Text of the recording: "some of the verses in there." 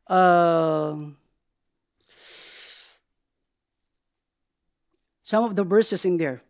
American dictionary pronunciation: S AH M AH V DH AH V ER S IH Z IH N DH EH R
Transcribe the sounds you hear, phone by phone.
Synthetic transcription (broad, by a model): S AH M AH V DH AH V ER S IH S IH N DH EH R